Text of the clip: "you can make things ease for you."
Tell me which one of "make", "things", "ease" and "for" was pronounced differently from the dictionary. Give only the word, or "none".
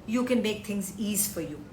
things